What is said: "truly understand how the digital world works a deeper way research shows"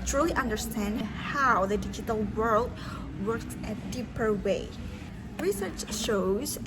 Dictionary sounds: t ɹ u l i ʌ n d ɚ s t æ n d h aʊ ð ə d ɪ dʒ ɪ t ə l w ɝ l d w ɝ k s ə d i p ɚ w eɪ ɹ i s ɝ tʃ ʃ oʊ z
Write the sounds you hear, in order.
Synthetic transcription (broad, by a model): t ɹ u l i ʌ n d ɚ s t æ n d h aʊ ð ə d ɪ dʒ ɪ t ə l w ɝ l d w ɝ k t ə d i p ɚ w eɪ ɹ i s ɝ tʃ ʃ oʊ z